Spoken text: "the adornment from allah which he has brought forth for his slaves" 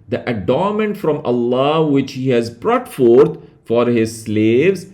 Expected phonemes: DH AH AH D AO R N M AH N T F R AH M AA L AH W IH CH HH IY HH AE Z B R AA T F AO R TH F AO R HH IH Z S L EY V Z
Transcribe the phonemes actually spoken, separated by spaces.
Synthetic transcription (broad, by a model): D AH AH D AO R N M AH N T F R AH M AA L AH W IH CH HH IY HH AE Z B R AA T F AO R T F AO R HH IH Z S L EY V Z